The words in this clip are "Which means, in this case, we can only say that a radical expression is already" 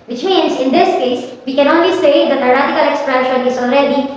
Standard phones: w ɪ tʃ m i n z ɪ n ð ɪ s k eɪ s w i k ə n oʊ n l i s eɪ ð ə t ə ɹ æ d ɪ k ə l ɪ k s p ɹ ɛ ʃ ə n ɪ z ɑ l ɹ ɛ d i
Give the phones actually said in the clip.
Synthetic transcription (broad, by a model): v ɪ tʃ m i n z ɪ n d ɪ s k eɪ s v i k ə n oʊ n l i s eɪ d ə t ə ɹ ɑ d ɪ k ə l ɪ k s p ɹ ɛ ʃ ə ɪ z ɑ l ɹ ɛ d i